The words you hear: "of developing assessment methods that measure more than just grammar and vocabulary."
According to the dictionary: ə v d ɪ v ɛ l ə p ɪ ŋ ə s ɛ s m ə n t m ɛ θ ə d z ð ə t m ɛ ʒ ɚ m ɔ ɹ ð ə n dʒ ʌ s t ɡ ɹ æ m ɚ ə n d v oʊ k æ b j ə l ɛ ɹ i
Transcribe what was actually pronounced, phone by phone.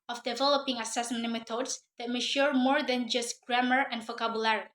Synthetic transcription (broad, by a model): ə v d ɪ v ɛ l ə p ɪ ŋ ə s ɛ s m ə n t m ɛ t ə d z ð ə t m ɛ ʃ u m ɔ ɹ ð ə n dʒ ʌ s t ɡ ɹ æ m ɚ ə n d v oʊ k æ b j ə l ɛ ɹ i